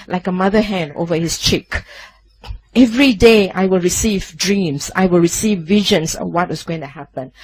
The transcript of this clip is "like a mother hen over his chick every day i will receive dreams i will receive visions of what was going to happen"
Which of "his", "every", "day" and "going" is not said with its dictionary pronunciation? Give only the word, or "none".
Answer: his